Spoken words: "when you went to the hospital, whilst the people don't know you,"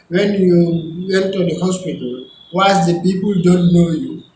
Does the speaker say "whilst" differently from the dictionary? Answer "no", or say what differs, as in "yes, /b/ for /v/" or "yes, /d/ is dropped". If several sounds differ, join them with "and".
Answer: yes, /l/ is dropped